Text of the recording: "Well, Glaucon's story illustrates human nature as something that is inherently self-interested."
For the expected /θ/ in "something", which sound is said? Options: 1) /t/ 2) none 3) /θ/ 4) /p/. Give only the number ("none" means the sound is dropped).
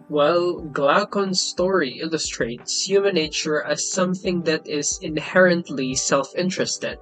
3